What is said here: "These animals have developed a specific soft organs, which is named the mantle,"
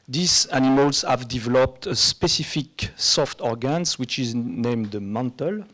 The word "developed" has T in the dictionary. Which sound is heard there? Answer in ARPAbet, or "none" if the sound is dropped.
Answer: T